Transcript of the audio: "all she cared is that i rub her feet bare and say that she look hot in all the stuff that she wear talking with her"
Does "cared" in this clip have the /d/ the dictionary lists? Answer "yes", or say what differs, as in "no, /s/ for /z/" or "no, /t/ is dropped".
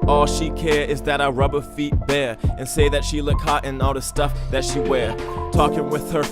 no, /d/ is dropped